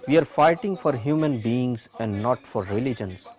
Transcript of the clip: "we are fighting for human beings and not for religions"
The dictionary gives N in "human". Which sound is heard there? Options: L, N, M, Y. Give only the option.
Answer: N